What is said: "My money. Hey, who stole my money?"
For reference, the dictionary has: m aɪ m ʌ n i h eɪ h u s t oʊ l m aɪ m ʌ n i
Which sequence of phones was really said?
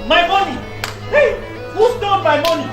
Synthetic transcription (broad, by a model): m aɪ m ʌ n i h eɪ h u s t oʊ n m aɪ m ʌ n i